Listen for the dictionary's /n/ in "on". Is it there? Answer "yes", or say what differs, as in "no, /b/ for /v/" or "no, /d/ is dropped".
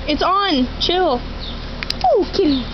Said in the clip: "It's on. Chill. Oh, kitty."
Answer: yes